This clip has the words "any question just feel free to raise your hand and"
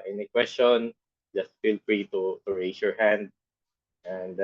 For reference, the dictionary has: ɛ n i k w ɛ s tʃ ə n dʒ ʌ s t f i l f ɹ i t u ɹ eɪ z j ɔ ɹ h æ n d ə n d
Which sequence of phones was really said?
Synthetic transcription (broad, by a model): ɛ n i k w ɛ s tʃ ə n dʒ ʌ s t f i l f ɹ i t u ɹ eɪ s j ɔ ɹ h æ n d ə n d